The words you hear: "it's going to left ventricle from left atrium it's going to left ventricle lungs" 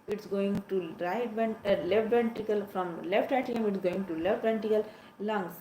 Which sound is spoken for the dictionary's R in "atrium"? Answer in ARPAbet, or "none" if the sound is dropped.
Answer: none